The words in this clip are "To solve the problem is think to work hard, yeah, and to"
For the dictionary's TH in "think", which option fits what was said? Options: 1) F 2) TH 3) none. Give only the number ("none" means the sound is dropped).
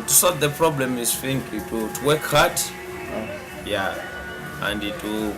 1